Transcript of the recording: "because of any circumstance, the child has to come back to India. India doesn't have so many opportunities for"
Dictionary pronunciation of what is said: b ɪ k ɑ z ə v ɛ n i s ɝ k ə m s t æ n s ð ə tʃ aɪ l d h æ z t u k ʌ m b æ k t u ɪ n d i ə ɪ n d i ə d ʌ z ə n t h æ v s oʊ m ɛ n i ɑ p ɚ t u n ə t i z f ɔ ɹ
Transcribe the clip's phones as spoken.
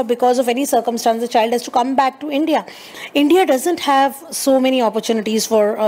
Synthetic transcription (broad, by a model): b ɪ k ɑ z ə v ɛ n i s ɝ k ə m s t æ n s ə tʃ aɪ l d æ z t u k ʌ m b æ k t u ɪ n d i ə ɪ n d i ə d ʌ z ə n t h æ v s oʊ m ɛ n i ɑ p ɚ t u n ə t i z f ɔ ɹ